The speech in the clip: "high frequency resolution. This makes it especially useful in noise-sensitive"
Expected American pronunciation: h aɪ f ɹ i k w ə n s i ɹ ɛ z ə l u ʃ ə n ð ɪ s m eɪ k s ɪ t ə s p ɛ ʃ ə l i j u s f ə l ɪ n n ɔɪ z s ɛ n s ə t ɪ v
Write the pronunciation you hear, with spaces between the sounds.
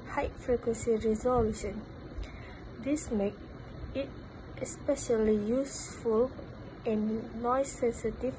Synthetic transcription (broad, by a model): h aɪ f ɹ i k w ə n s i ɹ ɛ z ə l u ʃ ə n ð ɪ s m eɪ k ɪ t ə s p ɛ ʃ ə l i j u s f ə l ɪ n n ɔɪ s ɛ n s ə t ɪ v